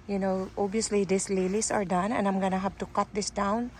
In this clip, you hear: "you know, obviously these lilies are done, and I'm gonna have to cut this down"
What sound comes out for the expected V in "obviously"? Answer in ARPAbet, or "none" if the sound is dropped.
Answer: none